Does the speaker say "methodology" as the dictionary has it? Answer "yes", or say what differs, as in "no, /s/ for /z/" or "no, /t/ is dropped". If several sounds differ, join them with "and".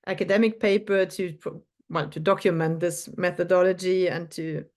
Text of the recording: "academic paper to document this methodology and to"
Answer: yes